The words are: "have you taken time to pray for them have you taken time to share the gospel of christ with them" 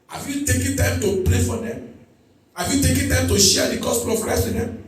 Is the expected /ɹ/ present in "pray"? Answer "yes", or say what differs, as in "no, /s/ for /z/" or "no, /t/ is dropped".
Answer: no, /l/ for /ɹ/